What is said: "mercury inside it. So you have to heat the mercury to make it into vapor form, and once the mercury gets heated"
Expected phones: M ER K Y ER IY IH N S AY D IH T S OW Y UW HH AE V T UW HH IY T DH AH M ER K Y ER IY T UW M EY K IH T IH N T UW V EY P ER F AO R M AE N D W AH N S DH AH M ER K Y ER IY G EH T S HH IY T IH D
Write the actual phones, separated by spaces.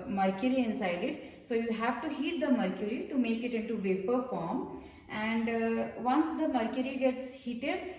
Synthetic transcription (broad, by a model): M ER K Y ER IY IH N S AY D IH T S OW Y UW HH AE V T UW HH IY T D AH M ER K Y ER IY T UW M EY K IH T IH N T UW V EY P ER F AO R M AE N D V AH N S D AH M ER K Y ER IY G EH T S HH IY T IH D